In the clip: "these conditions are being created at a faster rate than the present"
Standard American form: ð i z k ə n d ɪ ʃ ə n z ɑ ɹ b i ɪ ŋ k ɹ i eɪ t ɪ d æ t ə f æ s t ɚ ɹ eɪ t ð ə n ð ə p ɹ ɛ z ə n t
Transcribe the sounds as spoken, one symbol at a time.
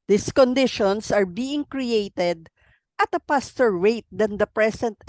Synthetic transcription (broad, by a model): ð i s k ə n d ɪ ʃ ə n s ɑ ɹ b i ɪ ŋ k ɹ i eɪ t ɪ d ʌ t ə p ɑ s t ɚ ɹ eɪ t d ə n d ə p ɹ ɛ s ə n t